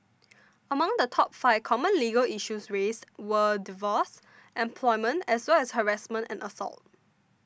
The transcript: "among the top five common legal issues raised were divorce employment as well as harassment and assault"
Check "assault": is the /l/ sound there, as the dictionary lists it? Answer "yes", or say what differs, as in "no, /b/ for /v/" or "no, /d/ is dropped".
yes